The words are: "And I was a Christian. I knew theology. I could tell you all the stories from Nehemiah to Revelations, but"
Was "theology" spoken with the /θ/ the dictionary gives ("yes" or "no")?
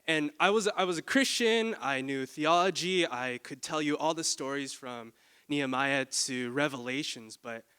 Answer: yes